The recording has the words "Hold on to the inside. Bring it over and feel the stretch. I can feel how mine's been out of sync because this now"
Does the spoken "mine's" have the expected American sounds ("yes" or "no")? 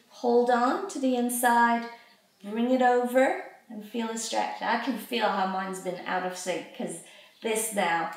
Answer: yes